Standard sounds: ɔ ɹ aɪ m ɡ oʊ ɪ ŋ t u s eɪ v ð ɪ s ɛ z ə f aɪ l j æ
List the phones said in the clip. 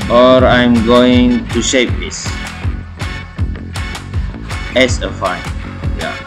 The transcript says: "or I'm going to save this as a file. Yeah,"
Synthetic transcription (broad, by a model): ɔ ɹ aɪ m ɡ oʊ ɪ ŋ t u ʃ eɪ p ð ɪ s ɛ s ə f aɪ n j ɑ